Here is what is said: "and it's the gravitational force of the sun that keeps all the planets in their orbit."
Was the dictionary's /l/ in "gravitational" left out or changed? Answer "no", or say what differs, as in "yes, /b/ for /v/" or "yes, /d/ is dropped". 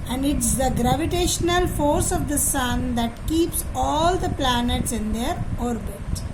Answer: no